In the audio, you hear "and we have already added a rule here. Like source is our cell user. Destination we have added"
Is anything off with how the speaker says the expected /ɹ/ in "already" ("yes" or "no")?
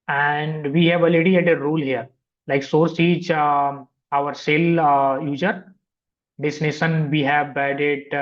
yes